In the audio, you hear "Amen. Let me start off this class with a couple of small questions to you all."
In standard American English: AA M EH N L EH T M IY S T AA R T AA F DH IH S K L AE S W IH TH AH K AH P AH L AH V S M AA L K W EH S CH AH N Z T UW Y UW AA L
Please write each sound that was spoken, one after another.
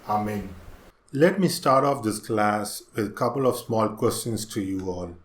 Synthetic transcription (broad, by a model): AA M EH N L EH T M IY S T AA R T AA F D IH S K L AE S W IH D AH K AH P AH L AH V S M AA L K W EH S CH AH N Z T UW Y UW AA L